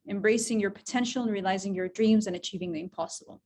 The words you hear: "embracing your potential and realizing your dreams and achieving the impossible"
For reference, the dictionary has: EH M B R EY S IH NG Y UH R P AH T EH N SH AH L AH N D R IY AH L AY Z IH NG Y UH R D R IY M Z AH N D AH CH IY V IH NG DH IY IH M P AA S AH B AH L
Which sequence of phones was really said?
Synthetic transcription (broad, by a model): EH M B R EY S IH NG Y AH R P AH T EH N SH L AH N R IY AH L AY Z IH NG Y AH R D R IY M Z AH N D AH CH IY V IH NG DH IY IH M P AA S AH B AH L